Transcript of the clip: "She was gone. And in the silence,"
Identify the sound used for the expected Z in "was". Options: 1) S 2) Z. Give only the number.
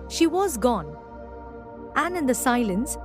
2